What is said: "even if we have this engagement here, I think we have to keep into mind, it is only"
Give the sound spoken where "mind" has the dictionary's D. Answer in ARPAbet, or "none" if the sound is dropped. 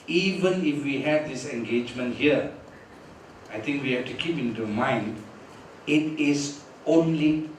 D